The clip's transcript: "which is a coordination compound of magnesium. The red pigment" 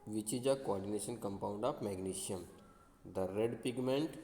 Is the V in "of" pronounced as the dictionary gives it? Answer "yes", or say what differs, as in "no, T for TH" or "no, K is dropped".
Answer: no, P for V